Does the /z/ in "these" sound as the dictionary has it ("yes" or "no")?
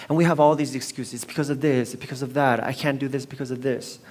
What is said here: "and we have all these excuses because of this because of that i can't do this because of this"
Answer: yes